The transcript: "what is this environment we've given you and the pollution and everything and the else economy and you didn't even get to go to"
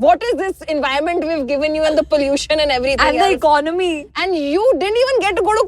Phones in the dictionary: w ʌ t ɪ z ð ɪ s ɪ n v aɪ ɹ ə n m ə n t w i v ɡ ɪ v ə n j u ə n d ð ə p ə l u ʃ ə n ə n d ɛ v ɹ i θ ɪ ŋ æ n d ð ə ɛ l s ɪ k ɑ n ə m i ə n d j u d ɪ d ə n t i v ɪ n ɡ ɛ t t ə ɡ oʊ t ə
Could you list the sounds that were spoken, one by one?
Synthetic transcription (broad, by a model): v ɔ t ɪ z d ɪ s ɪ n v aɪ ə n m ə n t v i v ɡ ɪ v ə n j u ə n d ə p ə l u ʃ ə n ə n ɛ v ɹ i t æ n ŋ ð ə ɪ k ɑ n ə m i ə n d j u d ɪ d ə n t i v ɪ n ɡ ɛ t t ə ɡ oʊ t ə